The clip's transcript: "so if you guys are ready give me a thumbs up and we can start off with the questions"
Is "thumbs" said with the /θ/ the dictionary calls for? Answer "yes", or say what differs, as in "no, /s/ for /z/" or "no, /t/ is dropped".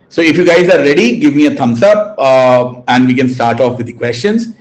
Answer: no, /t/ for /θ/